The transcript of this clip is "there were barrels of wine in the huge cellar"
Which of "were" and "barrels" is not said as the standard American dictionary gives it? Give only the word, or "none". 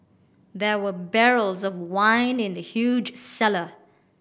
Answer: none